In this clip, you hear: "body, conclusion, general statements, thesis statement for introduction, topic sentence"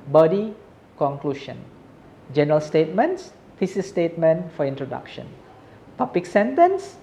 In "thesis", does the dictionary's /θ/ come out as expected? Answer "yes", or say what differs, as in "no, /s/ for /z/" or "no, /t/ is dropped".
no, /f/ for /θ/